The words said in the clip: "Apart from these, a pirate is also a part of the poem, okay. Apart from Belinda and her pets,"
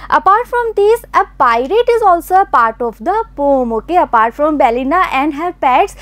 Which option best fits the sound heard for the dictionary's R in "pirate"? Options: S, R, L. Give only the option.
R